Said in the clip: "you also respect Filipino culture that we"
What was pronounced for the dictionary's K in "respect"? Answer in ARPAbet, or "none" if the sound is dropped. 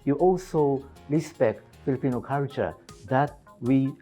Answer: K